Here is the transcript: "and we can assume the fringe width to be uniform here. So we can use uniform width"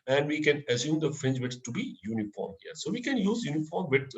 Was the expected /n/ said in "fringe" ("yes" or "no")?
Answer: yes